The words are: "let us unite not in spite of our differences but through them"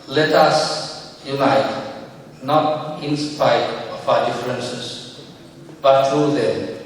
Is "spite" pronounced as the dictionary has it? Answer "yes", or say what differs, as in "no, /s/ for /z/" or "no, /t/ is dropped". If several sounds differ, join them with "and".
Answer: no, /t/ is dropped